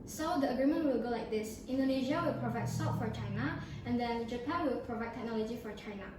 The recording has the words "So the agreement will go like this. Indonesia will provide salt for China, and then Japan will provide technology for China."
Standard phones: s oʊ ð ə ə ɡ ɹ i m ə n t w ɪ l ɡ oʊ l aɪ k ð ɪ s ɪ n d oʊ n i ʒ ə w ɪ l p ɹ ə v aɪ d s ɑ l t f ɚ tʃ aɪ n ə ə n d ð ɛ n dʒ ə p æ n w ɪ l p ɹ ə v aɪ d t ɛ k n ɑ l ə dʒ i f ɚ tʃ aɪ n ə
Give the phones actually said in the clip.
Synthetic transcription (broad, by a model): s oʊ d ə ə ɡ ɹ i m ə n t w ɪ l ɡ oʊ l aɪ k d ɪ s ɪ n d oʊ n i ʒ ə w ɪ l p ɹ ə v aɪ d s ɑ t f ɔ tʃ aɪ n ə ə n d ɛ n dʒ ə p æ n w ɪ l p ɹ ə v aɪ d t ɛ k n ɑ l ə dʒ i f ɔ tʃ aɪ n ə